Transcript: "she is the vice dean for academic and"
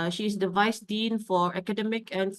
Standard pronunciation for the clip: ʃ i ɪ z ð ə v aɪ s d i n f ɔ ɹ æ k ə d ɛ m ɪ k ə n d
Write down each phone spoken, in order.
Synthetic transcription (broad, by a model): ʃ i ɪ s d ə v aɪ s d i n f ɔ ɹ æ k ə d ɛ m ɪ k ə n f